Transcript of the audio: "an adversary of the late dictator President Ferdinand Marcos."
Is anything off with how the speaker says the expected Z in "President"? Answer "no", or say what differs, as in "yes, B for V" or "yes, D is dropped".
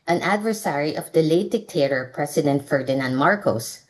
yes, S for Z